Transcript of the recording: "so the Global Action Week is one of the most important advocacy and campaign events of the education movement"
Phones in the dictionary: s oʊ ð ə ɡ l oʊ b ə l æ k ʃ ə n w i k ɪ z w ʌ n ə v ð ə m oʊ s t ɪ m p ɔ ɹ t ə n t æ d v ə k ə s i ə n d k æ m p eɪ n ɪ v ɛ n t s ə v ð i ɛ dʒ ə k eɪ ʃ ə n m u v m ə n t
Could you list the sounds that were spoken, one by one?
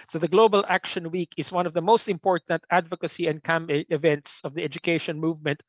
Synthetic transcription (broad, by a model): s oʊ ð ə ɡ l oʊ b ə l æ k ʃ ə n w i k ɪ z w ʌ n ə v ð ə m oʊ s t ɪ m p ɔ ɹ t ə n t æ d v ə k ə s i ə n d k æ m eɪ ɪ v ɛ n t s ə v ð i ɛ dʒ ə k eɪ ʃ ə n m u v m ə n t